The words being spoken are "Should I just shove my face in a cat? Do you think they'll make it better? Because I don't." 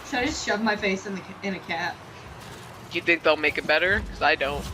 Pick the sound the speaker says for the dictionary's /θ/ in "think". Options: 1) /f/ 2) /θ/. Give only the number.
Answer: 2